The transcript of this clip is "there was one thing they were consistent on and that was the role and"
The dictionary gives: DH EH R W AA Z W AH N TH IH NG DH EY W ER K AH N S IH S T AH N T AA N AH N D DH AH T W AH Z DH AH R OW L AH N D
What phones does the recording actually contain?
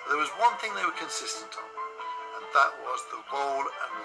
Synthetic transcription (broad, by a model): DH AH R W AA Z W AH N TH IH NG DH EY W ER K AH N S IH S T AH N T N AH N DH AH T W AH Z DH AH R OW L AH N